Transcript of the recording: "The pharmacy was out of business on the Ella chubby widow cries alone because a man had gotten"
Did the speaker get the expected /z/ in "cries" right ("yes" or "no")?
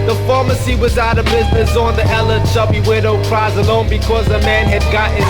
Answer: yes